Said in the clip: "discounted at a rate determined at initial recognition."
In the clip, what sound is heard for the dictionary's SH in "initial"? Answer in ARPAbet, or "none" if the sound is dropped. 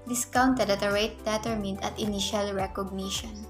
SH